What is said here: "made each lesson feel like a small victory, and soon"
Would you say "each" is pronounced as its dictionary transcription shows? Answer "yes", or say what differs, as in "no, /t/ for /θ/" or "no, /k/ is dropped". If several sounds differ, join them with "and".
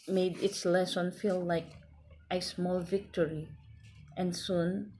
no, /s/ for /tʃ/